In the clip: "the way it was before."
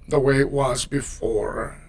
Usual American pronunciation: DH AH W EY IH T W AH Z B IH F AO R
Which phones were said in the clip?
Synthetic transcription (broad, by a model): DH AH W EY IH T W AH Z B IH F AO R